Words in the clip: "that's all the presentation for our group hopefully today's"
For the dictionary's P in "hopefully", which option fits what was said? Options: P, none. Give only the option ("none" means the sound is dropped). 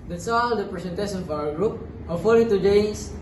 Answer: none